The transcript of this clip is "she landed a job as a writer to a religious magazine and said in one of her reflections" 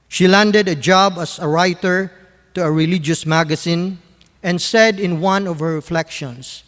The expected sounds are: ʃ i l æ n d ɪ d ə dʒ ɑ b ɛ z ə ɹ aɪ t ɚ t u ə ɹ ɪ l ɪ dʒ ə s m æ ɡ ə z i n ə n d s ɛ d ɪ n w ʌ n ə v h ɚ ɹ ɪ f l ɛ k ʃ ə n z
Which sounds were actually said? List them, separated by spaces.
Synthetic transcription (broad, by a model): ʃ i l æ n d ɪ d ə dʒ ɑ b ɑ s ə ɹ aɪ t ɚ t u ə ɹ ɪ l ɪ dʒ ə s m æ ɡ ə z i n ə n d s ɛ d ɪ n w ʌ n ə v h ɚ ɹ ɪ f l ɛ k ʃ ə n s